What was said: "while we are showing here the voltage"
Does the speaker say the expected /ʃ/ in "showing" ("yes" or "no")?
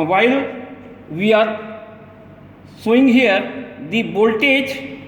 no